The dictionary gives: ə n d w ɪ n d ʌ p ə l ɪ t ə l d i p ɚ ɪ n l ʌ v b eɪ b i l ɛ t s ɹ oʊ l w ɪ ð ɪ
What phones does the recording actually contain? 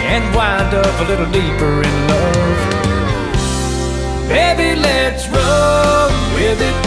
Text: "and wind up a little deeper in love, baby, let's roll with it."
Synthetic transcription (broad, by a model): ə n w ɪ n d ʌ p ə l ɪ t l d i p ɚ ɪ n l ʌ v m eɪ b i l ɛ t s ɹ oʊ n w ɪ ð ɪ